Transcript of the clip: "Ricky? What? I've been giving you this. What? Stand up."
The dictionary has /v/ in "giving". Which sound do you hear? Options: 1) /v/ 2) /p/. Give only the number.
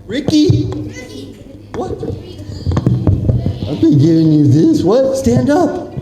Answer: 1